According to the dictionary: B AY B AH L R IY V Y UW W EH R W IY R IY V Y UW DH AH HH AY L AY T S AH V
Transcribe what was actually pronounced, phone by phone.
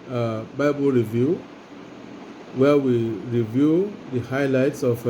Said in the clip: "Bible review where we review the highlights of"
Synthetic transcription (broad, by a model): B AY B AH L R IY V Y UW W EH W IY R IY V Y UW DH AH HH AY L AY T S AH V